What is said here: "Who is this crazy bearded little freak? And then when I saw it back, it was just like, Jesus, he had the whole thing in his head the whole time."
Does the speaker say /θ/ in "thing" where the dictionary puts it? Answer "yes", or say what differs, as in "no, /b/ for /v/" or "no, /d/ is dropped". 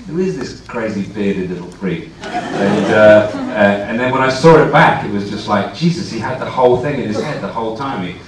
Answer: yes